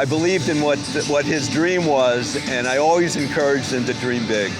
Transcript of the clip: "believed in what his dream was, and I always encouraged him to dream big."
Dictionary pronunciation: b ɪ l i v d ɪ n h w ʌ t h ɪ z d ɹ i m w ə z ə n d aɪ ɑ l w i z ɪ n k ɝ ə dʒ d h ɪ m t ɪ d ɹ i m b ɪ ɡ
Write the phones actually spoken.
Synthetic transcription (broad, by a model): b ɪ l i v d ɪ n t w ʌ t h ɪ z d ɹ i m w ə z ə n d aɪ ɑ l w i z ɪ n k ɝ ə dʒ d h ɪ m t ɪ d ɹ i m b ɪ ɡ